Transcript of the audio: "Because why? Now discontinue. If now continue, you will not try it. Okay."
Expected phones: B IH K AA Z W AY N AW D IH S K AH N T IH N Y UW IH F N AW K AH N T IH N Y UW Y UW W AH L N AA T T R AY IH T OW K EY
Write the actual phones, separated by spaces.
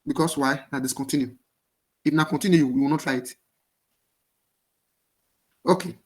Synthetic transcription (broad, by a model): B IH K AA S W AY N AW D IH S K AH N T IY N Y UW IH F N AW K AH N T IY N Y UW Y UW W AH W N AA T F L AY IH T OW K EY